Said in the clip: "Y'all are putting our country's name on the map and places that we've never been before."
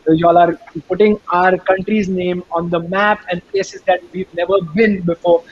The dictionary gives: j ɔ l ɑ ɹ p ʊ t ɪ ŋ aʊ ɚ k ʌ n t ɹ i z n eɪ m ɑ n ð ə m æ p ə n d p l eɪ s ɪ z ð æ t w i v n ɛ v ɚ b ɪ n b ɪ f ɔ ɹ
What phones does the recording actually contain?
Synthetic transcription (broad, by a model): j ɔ l ɑ ɹ p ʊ t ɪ ŋ aʊ ɚ k ʌ n t ɹ i z n eɪ m ɑ n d ə m æ p ə n d p l eɪ s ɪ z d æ t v i v n ɛ v ɚ b ɪ n b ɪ f ɔ ɹ